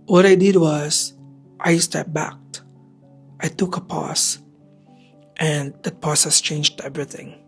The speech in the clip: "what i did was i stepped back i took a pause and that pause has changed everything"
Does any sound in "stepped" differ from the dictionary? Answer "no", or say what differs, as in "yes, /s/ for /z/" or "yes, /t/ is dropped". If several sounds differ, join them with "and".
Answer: yes, /p/ is dropped